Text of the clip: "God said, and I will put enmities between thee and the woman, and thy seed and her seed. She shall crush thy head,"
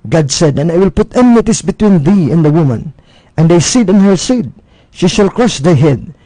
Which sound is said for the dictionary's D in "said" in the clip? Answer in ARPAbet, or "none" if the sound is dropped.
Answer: D